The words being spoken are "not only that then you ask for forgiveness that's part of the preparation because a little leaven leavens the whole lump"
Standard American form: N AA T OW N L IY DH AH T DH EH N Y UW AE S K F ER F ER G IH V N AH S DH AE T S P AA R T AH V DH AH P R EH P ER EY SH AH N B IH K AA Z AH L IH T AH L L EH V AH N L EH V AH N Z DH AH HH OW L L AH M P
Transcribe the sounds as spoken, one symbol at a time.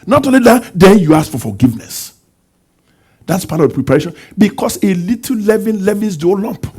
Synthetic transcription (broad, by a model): N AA T OW N L IY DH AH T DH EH N Y UW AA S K F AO F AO G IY V N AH S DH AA T S P AA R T AH V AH P R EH P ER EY SH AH N B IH K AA S AH L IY T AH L L EH V AH N L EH V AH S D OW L L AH M P